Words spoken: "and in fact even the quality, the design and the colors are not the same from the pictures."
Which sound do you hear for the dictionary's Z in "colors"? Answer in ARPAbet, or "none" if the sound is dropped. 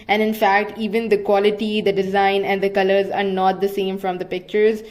Z